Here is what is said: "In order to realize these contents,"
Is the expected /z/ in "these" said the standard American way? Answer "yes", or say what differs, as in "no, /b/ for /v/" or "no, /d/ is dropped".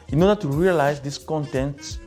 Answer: no, /s/ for /z/